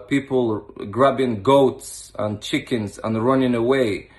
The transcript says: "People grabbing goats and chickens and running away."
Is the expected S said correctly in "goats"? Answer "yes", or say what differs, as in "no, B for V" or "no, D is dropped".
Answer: yes